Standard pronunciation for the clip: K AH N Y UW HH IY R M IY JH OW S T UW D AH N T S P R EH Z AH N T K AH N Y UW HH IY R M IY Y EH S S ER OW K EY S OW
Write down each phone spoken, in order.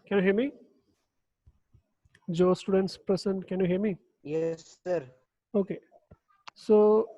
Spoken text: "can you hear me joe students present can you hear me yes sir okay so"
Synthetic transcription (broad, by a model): K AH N Y UW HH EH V M IY JH OW S T UW D AH N T S P R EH S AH N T K AH N Y UW HH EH M IY Y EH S S ER OW K EY S OW